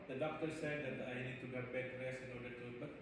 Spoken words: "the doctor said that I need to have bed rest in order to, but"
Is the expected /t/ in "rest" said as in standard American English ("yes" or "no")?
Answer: no